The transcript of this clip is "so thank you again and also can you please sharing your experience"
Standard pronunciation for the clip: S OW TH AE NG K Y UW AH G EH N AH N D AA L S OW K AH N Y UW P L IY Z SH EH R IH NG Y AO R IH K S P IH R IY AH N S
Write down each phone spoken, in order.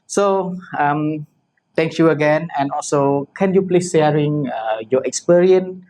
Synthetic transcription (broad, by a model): S OW T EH NG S Y UW AH G EH N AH N AA L S OW K AH N Y UW P L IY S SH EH R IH NG Y AO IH K S P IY R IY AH N